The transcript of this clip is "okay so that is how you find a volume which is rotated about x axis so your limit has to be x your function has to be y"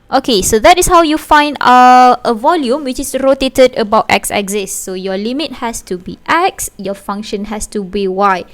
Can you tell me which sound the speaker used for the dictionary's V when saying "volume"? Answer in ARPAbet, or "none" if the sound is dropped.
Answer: V